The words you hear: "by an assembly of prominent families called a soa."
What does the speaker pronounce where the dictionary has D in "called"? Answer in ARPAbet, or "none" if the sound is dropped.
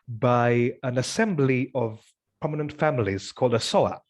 D